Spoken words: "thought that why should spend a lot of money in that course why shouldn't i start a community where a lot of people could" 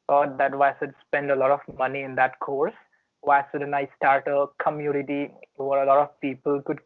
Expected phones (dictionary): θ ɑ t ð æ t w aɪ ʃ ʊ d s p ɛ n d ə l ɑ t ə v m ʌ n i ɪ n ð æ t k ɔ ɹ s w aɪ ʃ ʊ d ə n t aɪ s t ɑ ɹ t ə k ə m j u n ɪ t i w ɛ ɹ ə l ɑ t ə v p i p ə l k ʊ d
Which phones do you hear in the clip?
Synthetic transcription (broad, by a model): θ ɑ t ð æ t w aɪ s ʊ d s p ɛ n d ə l ɑ t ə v m ʌ n i ɪ n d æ t k ɔ ɹ s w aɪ s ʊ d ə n aɪ s t ɑ ɹ t ə k ə m j u n ɪ t i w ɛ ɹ ə l ɑ t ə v p i p ə l k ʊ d